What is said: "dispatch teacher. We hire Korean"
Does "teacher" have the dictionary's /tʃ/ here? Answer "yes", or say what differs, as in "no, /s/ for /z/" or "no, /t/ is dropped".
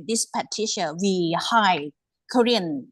no, /ʃ/ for /tʃ/